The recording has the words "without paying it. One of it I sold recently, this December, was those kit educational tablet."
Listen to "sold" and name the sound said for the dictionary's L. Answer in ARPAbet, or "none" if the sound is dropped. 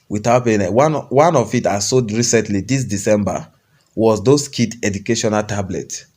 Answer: none